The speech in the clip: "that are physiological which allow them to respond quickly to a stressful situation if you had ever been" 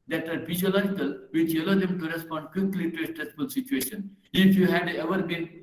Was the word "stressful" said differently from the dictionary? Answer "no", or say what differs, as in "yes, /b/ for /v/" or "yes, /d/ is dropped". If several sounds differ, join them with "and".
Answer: no